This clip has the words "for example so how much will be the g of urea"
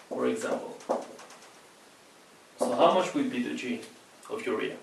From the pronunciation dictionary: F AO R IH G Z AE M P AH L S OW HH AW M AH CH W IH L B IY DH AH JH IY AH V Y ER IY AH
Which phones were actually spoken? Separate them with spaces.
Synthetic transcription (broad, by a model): F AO R IH G Z AE M P AH L S OW HH AW M AH CH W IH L B IY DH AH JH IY AH V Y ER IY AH